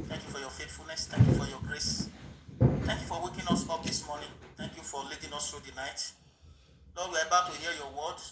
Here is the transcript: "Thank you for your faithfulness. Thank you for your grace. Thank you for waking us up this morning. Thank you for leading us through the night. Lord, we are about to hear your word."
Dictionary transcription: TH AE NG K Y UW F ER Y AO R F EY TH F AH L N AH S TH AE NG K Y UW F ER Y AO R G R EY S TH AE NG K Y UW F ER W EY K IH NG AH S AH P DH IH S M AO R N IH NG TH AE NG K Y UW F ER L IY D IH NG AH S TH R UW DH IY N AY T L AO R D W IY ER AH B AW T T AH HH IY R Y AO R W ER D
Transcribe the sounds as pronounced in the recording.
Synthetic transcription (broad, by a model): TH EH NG K Y UW F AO Y AO F EY T F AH L N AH S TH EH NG K Y UW F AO Y AO G R EY S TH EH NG K Y UW F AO W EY K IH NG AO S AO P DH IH S M AO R N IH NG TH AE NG K Y UW F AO L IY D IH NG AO S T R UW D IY N AY T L AO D W IY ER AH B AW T T AH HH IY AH Y AO W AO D